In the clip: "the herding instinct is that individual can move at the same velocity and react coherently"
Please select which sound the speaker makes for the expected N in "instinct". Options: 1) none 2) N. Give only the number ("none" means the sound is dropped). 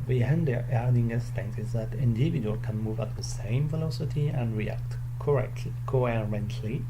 1